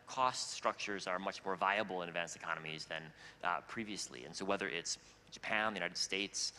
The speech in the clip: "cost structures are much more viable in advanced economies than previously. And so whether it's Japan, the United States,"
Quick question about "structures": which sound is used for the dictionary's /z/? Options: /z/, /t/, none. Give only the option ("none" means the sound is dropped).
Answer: /z/